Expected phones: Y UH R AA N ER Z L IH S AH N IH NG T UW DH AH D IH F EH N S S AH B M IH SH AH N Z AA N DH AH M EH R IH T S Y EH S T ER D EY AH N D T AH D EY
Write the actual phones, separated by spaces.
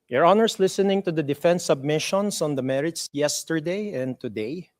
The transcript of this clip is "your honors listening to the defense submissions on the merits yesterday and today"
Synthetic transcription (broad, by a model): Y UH R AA N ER S L IH S AH N IH NG T UW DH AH D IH F EH N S S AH B M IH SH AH N S AA N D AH M EH R IH T S Y EH S T ER D EY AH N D T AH D EY